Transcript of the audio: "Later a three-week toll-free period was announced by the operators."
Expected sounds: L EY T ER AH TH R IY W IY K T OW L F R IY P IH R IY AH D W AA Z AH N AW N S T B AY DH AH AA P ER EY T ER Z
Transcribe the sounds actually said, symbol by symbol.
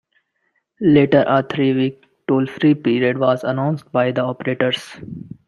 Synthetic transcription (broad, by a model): L EY T ER AH T R IY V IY K T OW L F R IY P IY R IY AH D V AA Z AH N AW N S T B AY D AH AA P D EY T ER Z